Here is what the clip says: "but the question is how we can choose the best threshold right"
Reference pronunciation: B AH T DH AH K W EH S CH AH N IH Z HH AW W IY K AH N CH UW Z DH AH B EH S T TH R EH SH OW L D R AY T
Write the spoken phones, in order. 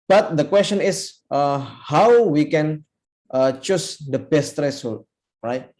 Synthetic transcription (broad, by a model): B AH T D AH K W EH S CH AH N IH S HH AW W IY K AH N CH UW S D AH B EH S T R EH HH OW L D R AY T